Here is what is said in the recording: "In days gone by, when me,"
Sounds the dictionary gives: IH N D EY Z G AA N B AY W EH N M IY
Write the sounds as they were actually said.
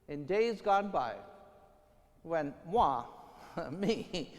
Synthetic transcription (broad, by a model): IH N D EY Z G AA N B AY W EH N M IY